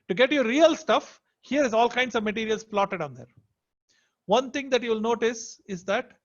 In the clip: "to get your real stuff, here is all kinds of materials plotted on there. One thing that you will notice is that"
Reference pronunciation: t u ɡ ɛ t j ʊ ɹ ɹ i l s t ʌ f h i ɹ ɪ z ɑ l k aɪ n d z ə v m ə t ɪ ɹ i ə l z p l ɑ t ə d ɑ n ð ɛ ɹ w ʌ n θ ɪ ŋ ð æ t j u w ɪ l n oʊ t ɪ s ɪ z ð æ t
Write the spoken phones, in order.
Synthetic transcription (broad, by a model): t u ɡ ɛ t j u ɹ ɹ i l s t ʌ f h i ɹ ɪ z ɑ l k aɪ n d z ə v m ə t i ɹ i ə l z p l ɑ t ə d ɑ n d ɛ ɹ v ʌ n t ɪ ŋ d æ t j u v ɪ l n oʊ t ɪ s ɪ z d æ t